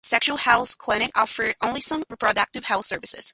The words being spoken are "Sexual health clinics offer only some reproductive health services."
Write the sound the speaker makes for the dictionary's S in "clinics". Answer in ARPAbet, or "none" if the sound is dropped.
none